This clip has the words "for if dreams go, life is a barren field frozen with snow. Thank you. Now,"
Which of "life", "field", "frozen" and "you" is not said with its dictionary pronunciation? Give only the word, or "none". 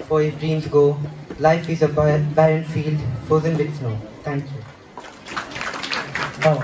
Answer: frozen